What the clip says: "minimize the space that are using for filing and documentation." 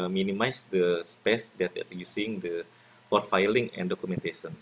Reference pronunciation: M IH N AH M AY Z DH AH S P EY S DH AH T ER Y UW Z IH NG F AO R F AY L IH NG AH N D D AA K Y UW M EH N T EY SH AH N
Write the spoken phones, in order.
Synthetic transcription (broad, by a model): M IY N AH M AY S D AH S P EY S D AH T ER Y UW S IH NG P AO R F AY L IH NG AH N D D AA K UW M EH N T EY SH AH N